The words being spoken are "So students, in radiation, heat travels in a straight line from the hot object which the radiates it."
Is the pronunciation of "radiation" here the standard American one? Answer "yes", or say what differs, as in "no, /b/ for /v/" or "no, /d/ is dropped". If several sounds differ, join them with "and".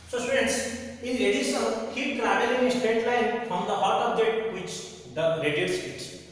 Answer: no, /l/ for /ɹ/